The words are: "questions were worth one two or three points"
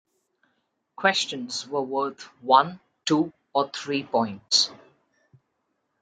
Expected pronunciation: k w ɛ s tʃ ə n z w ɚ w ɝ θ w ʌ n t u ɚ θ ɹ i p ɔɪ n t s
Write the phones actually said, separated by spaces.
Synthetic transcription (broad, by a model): k w ɛ s tʃ ə n z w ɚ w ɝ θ w ʌ n t u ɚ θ ɹ i p ɔɪ n t s